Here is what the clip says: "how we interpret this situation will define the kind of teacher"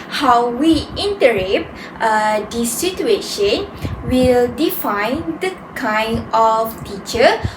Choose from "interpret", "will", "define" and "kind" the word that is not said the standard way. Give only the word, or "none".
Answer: interpret